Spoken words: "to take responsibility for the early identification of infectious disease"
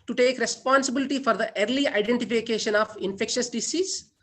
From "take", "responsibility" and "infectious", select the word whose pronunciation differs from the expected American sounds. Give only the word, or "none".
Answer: none